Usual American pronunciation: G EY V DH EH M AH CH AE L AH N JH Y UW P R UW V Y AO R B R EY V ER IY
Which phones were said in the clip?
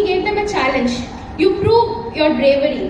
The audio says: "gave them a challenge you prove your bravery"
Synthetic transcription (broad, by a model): G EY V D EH M AH CH AE L AH N JH Y UW P R UW V Y AO R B R EY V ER IY